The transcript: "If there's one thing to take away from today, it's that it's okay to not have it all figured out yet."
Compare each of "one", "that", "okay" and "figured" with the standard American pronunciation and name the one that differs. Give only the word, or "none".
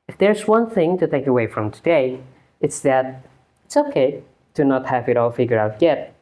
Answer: figured